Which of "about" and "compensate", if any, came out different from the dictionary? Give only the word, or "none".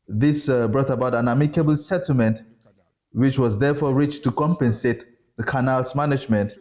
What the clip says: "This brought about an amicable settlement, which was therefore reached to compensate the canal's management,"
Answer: none